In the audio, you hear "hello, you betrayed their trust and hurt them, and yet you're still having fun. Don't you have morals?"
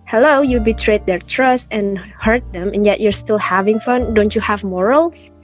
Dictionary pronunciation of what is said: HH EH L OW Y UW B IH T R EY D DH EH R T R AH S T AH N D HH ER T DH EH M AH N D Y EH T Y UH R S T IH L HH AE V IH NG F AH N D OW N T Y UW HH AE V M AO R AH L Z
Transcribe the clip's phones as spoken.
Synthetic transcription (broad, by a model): HH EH L OW Y UW B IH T R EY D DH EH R T R AH S T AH N HH ER T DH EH M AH N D Y EH T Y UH R S T IH L HH AE V IH NG F AH N D OW N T Y UW HH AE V M AO R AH L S